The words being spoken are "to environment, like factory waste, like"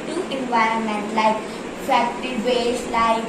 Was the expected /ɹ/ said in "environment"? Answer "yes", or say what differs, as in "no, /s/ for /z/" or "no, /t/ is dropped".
yes